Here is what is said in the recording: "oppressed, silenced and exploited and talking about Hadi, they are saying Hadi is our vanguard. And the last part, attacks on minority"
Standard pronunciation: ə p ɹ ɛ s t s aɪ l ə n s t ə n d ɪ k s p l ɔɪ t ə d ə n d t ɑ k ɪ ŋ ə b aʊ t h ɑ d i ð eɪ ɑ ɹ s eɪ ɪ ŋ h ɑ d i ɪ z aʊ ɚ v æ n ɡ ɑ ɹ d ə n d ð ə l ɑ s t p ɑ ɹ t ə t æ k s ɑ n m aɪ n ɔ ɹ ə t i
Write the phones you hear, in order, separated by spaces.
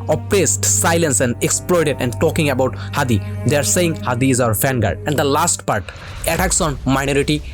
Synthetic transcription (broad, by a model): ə p ɹ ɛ s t s aɪ l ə n s ə n d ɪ k s p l ɔɪ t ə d ə n d t ɑ k ɪ ŋ ə b aʊ t h ɑ d i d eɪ ɑ ɹ s eɪ ɪ ŋ h ɑ d i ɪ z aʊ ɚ f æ n ɡ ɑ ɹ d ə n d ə l ɑ s t p ɑ ɹ t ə t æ k s ɑ n m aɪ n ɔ ɹ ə t i